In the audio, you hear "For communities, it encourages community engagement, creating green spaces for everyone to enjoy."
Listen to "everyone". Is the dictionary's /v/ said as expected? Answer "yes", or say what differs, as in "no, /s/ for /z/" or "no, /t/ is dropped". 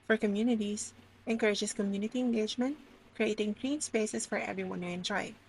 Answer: yes